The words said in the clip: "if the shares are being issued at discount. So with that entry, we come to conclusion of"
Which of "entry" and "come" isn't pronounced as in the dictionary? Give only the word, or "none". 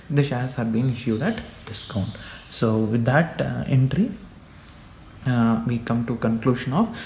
none